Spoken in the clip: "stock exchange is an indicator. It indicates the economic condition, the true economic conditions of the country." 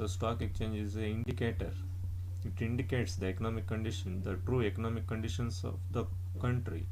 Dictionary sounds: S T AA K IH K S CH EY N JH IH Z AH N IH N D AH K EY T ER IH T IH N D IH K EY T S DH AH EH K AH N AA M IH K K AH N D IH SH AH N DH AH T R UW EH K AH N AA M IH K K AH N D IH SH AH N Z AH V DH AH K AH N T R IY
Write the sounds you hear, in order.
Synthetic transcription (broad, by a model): S T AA K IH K CH EY N JH IH Z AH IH N D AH K EY T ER IH T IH N D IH K EY T S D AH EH K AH N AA M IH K K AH N D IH SH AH N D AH T R UW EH K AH N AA M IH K K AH N D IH SH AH N S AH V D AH K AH N T R IY